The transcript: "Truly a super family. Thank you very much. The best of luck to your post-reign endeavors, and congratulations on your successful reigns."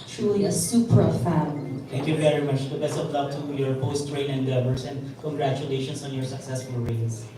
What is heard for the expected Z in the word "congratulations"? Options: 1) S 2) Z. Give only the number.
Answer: 1